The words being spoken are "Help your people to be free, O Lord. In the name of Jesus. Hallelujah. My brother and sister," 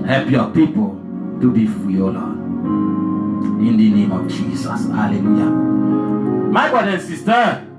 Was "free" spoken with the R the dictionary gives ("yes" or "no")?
no